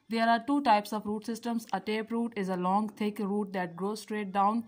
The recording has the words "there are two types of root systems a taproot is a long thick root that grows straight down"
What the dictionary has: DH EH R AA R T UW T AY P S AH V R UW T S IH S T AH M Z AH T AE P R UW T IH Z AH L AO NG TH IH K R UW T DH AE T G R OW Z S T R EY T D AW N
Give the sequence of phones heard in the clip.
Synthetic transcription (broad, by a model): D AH R AA R T UW T AY P S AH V R UW T S IH S T AH M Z AH T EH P R UW T IH Z AH L AO NG T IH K R UW T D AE T G R OW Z S T R EY T D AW N